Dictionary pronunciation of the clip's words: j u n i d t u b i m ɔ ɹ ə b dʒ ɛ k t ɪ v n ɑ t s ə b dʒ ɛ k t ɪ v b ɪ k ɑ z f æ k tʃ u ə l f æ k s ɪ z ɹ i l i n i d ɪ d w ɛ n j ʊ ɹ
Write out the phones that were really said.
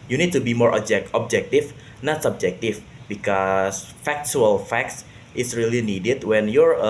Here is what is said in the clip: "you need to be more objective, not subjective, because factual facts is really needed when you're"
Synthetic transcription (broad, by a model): j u n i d t u b i m ɔ ɹ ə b dʒ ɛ k t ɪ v n ɑ t s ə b dʒ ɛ k t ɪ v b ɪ k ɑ s f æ k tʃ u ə l f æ k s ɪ s ɹ i l i n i d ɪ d w ɛ n j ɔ ɹ